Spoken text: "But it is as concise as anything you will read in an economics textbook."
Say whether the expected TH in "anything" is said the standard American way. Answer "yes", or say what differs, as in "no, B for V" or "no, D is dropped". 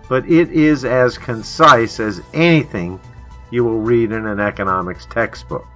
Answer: yes